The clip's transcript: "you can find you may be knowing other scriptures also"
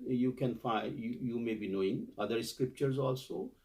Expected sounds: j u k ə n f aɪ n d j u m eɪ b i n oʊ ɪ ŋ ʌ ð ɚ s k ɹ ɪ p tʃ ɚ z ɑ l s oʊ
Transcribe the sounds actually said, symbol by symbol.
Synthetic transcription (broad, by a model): j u k ə n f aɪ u j u m eɪ b i n oʊ ɪ ŋ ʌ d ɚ s k ɹ ɪ p tʃ ɚ z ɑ l s oʊ